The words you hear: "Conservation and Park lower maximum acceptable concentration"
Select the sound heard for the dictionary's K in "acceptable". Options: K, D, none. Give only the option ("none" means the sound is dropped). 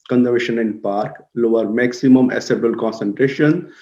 none